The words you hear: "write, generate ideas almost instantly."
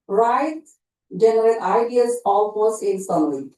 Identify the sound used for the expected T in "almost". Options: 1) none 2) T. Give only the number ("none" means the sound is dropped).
1